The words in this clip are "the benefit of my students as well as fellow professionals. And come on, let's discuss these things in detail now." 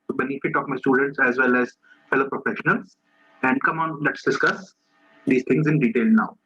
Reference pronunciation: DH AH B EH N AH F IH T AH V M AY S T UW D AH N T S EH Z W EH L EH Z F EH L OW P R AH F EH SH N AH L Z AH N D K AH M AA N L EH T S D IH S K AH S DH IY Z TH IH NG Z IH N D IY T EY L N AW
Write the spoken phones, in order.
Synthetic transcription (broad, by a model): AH B EH N AH F IH T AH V M AY S T UW D AH N T S EH Z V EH L EH Z F EH L OW P R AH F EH SH N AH L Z AH N D K AH M AA N L EH T S D IH S K AH S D IY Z T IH NG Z IH N D IY T EY L N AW